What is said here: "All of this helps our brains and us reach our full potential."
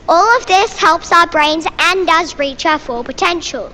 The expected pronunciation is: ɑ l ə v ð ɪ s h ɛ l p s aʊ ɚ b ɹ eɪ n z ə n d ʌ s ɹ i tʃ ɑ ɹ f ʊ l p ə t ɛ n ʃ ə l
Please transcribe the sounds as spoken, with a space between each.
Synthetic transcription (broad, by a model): ɑ l ə v ð ɪ s h ɛ l p s aʊ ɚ b ɹ eɪ n z ə n d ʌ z ɹ i tʃ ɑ f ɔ p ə t ɛ n ʃ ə l